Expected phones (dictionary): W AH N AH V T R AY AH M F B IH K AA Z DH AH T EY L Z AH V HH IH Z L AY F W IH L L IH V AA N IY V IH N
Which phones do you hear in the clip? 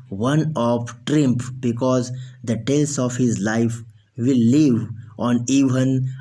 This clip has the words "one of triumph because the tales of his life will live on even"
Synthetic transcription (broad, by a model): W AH N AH F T R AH M P B IH K AA Z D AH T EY L S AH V HH IH Z L AY F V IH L L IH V AA N IY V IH N